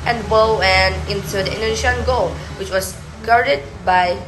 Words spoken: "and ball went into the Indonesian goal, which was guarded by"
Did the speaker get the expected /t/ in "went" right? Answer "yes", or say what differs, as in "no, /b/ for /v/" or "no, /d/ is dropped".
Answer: no, /t/ is dropped